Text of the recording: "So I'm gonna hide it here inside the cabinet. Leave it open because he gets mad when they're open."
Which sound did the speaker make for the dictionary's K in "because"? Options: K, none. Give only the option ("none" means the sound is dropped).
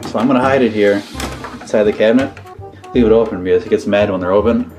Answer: none